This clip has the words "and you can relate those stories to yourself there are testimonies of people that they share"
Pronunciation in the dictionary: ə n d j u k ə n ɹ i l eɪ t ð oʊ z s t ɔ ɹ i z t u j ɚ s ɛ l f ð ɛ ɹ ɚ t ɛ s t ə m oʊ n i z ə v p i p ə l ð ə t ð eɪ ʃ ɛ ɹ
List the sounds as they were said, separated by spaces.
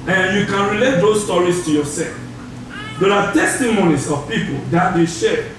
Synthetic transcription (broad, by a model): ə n j u k ə n ɹ i l eɪ t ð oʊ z s t ɔ ɹ i s t u j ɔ s ɛ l f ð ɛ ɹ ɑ t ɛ s t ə m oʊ n i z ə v p i p ə l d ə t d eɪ ʃ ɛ